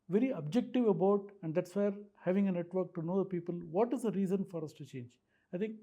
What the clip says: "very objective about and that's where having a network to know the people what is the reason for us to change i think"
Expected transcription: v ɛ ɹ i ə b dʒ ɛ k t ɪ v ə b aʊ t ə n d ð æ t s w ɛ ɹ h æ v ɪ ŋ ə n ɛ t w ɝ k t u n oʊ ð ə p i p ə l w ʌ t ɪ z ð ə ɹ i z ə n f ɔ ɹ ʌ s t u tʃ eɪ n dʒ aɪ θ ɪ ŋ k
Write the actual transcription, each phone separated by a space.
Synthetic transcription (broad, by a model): v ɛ ɹ i ə b dʒ ɛ k t ɪ v ə b aʊ t ə n d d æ t s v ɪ ɹ h æ v ɪ ŋ ə n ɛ t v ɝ k t u n oʊ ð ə p i p ə l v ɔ t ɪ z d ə ɹ i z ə n f ɔ ɹ ʌ s t u tʃ eɪ n dʒ aɪ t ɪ ŋ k